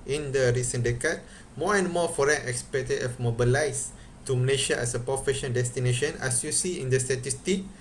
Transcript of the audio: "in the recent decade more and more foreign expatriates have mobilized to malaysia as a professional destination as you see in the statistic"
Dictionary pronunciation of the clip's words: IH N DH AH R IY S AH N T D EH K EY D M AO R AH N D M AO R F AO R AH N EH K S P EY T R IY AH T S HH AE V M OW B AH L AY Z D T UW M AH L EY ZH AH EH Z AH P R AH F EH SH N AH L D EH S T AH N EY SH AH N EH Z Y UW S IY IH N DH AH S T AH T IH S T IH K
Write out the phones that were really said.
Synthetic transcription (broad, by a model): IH N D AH R IY S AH N D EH K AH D M AO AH N M AO F AO R AH N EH K S P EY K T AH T HH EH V M OW B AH L AY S T UW M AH L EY SH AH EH S AH P R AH F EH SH AH N D EH S T AH N EY SH AH N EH S Y UW S IY IH N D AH S T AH T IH S T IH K